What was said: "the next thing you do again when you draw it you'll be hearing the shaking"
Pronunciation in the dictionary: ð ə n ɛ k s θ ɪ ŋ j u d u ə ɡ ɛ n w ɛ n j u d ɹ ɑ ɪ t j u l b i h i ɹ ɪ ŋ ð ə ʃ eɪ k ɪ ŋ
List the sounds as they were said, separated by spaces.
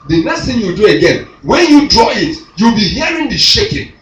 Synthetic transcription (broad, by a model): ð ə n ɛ s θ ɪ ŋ j u d u ə ɡ ɛ n w ɛ n j u d ɹ ɑ ɪ t j u l b i h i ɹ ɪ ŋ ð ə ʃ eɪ k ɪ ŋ